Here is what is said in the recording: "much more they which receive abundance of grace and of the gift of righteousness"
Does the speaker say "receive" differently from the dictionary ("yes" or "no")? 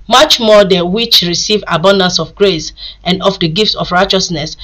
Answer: no